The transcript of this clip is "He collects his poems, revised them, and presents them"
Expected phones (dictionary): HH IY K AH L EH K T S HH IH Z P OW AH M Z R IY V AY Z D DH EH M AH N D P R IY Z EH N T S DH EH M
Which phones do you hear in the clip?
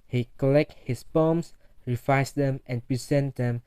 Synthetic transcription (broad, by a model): HH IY K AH L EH K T HH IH S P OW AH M S R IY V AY S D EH M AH N P R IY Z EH N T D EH M